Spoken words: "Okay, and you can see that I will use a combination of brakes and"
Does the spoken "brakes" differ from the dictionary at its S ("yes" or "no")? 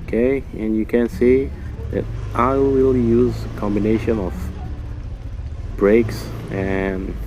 no